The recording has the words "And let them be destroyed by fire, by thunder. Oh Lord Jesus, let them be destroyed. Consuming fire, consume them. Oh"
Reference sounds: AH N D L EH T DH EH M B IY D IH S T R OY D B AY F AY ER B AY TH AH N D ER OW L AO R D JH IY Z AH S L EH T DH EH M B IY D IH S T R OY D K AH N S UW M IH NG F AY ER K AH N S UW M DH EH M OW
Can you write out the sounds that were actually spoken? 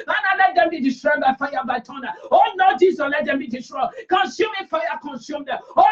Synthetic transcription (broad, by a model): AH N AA L EH T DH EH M B IY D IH S T R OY B AY F AY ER B AY T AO N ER OW N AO JH IY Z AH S L EH T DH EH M B IY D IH S T R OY K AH N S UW M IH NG F AY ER K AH N S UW M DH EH OW